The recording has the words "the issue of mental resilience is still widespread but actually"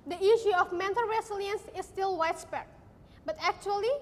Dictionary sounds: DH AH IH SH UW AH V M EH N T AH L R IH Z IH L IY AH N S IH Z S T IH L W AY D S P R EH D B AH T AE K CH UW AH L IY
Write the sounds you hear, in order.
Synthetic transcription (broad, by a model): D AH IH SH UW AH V M EH N T AH L R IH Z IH L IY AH N S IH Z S T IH L W AY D S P EH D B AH T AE K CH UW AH L IY